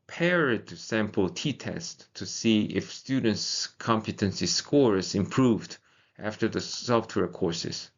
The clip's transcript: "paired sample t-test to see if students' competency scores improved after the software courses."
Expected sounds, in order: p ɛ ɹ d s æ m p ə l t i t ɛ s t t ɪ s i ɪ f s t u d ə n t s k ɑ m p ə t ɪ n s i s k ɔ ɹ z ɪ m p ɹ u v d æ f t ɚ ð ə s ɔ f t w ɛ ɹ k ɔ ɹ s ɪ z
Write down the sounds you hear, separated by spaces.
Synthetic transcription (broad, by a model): p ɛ ɹ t s æ m p ə l t i t ɛ s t t ɪ s i ɪ f s t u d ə n t s k ɑ m p ə t ɪ n s i s k ɔ ɹ s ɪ m p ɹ u v d æ f t ɚ ð ə s ɔ f t w ɛ ɹ k ɔ ɹ s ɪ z